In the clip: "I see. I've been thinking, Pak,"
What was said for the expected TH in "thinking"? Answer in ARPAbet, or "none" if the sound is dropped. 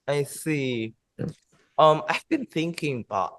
TH